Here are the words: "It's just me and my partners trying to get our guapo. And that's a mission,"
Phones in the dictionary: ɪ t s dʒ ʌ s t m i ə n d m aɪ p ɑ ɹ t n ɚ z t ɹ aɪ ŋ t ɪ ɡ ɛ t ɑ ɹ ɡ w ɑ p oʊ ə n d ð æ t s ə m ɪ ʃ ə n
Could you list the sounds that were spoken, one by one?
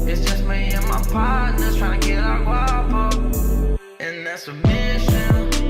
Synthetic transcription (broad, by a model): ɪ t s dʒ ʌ s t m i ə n m aɪ p ɑ ɹ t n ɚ t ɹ aɪ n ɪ ɡ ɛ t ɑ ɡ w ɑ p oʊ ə n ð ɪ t s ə m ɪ ʃ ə n